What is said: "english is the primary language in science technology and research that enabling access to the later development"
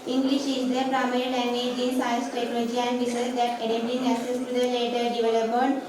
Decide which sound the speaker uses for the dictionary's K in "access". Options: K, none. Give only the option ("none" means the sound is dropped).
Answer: none